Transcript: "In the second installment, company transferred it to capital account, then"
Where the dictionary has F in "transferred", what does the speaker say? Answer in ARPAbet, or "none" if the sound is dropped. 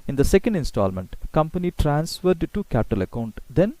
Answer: F